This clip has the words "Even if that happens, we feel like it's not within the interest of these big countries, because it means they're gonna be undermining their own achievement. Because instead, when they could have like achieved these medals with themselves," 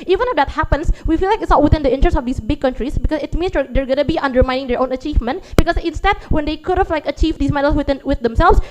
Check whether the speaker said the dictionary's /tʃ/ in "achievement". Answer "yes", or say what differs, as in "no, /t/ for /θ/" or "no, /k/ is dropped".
yes